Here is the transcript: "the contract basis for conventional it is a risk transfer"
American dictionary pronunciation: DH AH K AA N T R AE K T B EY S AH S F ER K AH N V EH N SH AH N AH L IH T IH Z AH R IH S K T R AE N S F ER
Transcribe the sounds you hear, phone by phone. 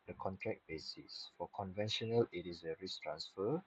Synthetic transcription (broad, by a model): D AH K AA N T R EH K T B EY S AH S F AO K AH N V EH N SH AH N AH L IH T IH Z AH R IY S T R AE N S F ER